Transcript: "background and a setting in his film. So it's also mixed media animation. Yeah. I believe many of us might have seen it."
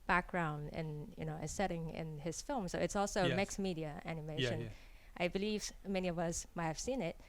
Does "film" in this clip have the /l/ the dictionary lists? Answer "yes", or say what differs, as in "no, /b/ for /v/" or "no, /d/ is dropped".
yes